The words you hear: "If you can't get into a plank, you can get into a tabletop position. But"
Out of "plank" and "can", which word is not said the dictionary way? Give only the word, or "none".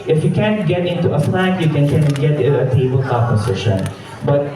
plank